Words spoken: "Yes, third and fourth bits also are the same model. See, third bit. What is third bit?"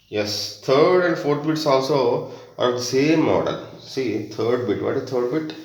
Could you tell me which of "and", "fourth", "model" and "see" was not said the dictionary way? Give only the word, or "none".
fourth